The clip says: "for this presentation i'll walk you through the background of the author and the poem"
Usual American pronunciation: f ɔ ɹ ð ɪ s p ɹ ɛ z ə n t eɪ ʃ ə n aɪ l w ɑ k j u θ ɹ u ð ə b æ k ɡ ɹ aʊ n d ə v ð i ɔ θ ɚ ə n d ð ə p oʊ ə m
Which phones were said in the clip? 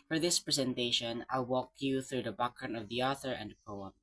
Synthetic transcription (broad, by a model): f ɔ ɹ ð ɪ s p ɹ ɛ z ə n t eɪ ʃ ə n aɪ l w ɑ k j u θ ɹ u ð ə b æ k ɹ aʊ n ə v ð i ɔ θ ɚ ə n d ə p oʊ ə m